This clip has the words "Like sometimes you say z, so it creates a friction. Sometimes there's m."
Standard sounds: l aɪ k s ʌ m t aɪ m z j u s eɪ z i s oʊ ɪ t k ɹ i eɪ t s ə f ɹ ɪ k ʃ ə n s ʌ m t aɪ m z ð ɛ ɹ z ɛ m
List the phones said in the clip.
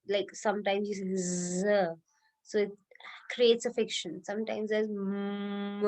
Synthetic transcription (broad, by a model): l aɪ k s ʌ m t aɪ m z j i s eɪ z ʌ s oʊ ɪ t k ɹ i eɪ t s ə f ɪ k ʃ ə n s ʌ m t aɪ m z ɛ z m